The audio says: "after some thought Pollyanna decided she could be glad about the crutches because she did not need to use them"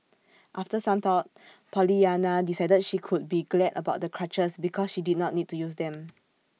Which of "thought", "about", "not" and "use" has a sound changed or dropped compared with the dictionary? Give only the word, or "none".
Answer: thought